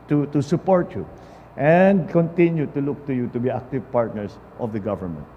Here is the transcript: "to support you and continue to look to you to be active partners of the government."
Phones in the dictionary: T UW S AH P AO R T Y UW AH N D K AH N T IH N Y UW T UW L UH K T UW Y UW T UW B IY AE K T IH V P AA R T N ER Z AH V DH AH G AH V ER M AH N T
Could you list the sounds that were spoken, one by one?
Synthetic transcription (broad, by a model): T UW S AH P AO R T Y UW AH N D K AH N T IH N Y UW T UW L UH K T UW Y UW T UW B IY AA K T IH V P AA R T N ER S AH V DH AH G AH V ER M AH N T